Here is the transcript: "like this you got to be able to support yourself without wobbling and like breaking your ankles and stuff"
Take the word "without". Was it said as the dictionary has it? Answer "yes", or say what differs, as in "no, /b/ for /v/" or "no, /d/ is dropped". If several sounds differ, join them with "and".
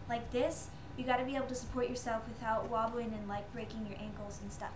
yes